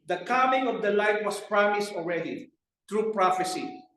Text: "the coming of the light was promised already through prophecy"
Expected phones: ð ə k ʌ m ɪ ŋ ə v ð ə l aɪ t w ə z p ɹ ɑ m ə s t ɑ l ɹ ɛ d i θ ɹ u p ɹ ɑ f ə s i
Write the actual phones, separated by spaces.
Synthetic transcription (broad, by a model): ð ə k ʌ m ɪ ŋ ə v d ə l aɪ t w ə s p ɹ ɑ m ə s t ɑ l ɹ ɛ d i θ ɹ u p ɹ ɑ f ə s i